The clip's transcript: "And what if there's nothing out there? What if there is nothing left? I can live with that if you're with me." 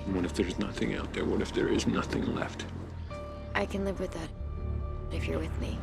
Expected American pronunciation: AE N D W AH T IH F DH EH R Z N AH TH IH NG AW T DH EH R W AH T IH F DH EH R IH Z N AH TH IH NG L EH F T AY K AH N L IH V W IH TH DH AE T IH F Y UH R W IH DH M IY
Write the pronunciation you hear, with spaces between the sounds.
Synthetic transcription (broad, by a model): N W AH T IH F DH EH R Z N AH TH IH NG AW T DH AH R W AH T IH F DH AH R IH Z N AH TH IH NG L EH F T AY K AH N L IH V W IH DH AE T IH F Y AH R W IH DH M IY